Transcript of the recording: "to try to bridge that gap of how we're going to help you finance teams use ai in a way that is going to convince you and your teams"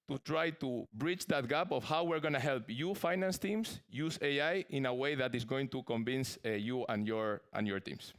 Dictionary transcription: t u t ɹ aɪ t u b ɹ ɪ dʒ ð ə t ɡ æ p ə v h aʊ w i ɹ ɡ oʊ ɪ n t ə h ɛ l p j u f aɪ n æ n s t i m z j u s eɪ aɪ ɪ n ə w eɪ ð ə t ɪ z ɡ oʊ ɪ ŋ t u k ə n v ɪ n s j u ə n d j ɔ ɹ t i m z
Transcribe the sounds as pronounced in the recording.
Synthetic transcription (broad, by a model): t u t ɹ aɪ t u b ɹ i tʃ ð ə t ɡ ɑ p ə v h aʊ w i ɹ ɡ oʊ n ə h ɛ l p j u f aɪ n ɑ n s t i m s j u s eɪ aɪ ɪ n ə w eɪ ð ə t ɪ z ɡ oʊ ɪ ŋ t u k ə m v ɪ n s j u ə n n j ɔ ɹ t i m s